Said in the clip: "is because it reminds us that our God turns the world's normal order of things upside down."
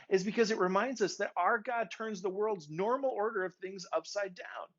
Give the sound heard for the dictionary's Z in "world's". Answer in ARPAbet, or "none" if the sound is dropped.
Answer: Z